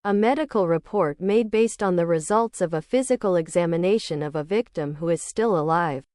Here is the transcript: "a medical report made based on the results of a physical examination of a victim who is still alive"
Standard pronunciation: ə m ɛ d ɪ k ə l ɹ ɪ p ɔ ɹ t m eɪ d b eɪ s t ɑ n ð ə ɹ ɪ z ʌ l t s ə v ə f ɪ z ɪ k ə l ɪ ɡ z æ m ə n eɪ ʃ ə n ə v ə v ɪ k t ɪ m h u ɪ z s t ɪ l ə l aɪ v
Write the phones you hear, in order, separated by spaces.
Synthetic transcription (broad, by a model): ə m ɛ d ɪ k l ɹ ɪ p ɔ ɹ t m eɪ d b eɪ s t n ð ə ɹ ɪ z ʌ l t s ə v ə f ɪ z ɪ k l ɪ ɡ z æ m ə n eɪ ʃ ə n ə v ə v ɪ k t ɪ m h u ɪ z s t ɪ l ə l aɪ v